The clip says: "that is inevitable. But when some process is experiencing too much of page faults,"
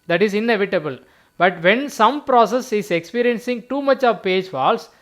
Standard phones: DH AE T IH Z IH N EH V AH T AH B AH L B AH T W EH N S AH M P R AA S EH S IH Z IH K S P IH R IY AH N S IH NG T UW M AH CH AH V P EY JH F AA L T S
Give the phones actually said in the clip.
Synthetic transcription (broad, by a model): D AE T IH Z IH N EH V AH T AH B AH L B AH T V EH N S AH M P R AA S EH S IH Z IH K S P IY R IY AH N S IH NG T UW M AH CH AH V P EY JH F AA L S